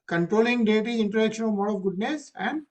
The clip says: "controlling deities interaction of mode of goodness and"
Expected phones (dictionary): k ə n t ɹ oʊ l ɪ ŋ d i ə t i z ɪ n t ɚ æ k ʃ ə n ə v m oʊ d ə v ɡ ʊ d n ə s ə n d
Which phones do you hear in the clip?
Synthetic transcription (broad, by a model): k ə n t ɹ oʊ l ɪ ŋ d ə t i ɪ n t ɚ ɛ k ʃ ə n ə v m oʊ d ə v ɡ ʊ d n ə s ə n d